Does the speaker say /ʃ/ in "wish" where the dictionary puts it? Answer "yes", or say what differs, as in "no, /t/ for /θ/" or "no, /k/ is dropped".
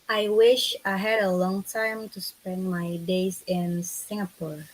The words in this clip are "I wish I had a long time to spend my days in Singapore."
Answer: yes